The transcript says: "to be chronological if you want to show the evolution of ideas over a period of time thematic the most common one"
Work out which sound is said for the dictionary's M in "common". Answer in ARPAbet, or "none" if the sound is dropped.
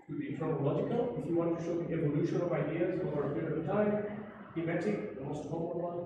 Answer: none